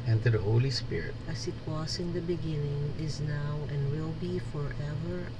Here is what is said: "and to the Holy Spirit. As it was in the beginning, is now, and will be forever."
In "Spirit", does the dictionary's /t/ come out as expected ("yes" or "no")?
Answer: yes